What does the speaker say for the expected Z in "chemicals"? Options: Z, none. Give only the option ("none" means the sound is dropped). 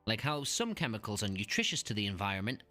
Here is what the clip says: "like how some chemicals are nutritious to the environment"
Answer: Z